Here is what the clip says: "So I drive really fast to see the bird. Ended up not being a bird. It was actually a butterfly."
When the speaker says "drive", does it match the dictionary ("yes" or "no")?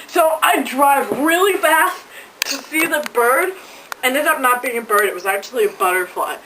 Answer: yes